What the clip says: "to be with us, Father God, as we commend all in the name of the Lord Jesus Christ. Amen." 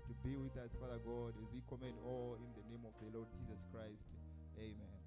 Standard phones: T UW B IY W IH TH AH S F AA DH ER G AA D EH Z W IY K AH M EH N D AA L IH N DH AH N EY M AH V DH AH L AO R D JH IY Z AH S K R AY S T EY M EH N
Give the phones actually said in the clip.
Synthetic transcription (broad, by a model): T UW B IY W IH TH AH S F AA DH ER G AA D EH Z W IY K AH M EH N D AA L IH N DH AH N EY M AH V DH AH L AO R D JH IY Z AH S K R AY S T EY M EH N